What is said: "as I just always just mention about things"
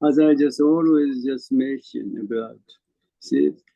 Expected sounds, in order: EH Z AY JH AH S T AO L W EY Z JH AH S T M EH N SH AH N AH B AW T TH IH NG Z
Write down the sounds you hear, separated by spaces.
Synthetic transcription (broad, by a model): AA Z AY JH AH S T AO L W EY Z JH AH S T M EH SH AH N AH B AW T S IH